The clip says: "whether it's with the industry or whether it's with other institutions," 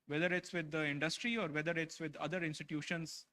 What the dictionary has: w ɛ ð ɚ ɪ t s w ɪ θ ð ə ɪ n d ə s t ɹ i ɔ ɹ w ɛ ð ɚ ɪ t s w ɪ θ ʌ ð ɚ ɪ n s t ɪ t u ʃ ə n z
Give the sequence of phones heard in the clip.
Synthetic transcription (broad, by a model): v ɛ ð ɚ ɪ t s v ɪ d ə ɪ n d ə s t ɹ i ɔ ɹ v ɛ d ɚ ɪ t s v ɪ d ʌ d ɚ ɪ n s t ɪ t u ʃ ə n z